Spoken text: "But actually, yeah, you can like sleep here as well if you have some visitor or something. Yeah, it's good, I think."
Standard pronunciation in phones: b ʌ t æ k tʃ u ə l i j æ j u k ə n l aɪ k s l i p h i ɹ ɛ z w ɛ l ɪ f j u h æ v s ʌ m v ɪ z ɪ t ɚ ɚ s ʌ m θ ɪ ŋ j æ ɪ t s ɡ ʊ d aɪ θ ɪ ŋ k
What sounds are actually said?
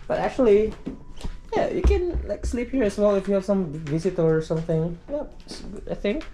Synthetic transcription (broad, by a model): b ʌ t æ k tʃ u ə l i j æ j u k ə n l aɪ k s l i p h i ɹ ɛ s w ɛ l ɪ f j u h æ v s ʌ m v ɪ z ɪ t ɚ ɚ s ʌ m θ ɪ ŋ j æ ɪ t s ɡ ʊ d aɪ θ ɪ ŋ k